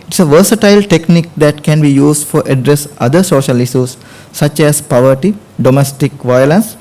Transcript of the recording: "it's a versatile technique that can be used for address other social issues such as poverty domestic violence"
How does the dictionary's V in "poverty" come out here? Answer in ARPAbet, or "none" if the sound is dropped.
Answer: V